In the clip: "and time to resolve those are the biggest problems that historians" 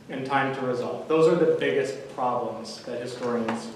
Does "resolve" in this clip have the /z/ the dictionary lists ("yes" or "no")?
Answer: yes